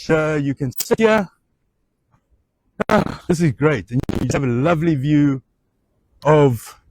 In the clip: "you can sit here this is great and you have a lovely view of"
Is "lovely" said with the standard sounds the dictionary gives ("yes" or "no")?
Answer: yes